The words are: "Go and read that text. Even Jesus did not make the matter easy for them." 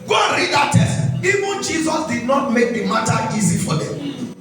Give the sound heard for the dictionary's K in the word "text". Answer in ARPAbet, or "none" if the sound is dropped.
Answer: none